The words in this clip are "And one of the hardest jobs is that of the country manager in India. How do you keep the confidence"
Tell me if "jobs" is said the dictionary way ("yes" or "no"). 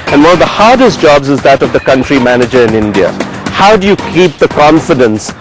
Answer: yes